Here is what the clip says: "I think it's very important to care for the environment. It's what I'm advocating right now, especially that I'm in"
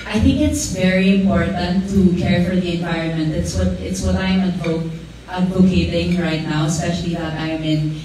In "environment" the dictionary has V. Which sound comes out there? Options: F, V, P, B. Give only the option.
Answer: V